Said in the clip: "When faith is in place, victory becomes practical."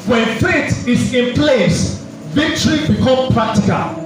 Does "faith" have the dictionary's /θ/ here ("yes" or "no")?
no